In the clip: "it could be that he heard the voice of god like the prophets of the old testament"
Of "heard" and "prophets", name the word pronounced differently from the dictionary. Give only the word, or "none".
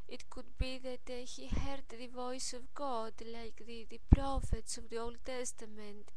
none